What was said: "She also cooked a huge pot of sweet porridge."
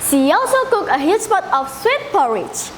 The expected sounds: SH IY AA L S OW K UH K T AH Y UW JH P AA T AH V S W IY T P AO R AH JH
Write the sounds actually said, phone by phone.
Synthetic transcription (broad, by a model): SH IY AA L S OW K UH K AH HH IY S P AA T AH F S W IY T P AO R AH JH